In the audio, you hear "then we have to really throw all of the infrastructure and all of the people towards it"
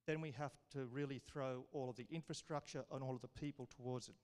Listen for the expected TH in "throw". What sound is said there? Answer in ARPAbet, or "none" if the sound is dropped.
TH